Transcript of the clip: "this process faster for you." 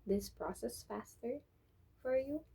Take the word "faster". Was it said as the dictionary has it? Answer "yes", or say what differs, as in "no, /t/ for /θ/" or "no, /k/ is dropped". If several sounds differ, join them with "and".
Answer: yes